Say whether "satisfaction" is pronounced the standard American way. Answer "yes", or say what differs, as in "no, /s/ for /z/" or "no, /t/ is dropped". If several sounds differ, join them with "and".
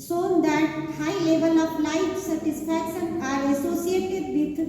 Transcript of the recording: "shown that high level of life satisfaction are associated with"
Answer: no, /p/ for /f/